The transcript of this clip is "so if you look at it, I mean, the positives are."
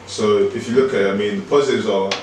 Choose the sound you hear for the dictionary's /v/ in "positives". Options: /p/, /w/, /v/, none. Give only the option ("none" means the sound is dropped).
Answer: none